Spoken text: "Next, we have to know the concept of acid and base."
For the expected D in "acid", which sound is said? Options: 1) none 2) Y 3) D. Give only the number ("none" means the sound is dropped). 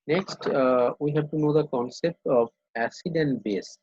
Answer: 3